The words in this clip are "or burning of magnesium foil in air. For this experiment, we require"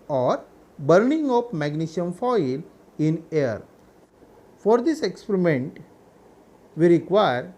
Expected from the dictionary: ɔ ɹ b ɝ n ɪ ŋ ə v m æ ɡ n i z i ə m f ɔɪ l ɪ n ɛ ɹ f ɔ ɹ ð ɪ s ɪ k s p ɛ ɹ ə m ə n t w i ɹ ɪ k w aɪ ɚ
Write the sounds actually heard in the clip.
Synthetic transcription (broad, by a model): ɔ ɹ b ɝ n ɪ ŋ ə p m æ ɡ n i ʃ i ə m f ɔɪ l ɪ n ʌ ɹ f ɔ ɹ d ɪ s ɪ k s p ɛ ɹ ə m ə n t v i ɹ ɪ k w aɪ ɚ